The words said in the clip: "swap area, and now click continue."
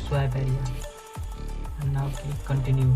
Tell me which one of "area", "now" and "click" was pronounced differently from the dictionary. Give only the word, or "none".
click